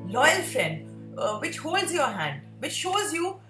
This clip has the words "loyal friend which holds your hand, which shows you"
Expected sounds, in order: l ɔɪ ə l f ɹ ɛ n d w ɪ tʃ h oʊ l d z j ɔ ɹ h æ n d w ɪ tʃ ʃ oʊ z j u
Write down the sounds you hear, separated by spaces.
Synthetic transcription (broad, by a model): l ɔɪ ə l f ɹ ɛ n d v ɪ tʃ h oʊ l d z j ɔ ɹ h æ n d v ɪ tʃ ʃ oʊ z j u